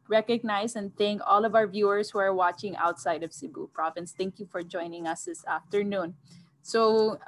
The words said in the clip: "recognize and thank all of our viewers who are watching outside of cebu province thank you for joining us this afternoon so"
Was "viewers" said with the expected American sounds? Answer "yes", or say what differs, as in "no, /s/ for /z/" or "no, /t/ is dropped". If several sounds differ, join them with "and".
no, /s/ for /z/